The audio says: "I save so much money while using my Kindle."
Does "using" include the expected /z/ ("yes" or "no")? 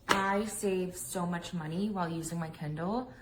yes